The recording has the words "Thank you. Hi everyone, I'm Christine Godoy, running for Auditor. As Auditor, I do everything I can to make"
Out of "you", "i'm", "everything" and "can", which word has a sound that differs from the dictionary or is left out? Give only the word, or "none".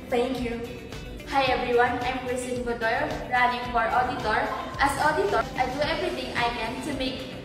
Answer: everything